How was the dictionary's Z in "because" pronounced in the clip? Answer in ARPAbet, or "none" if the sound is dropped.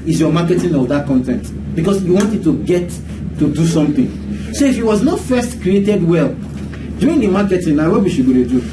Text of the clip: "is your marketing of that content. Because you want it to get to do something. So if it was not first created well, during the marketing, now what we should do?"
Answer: S